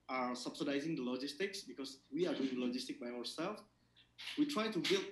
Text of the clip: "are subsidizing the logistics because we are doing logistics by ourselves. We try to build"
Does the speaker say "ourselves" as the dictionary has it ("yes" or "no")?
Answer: no